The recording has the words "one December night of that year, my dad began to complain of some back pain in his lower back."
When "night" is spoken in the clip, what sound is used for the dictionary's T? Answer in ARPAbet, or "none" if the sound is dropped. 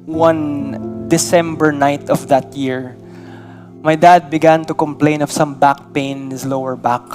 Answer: T